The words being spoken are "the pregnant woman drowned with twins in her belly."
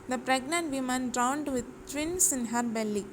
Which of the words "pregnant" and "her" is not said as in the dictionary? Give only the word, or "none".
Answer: none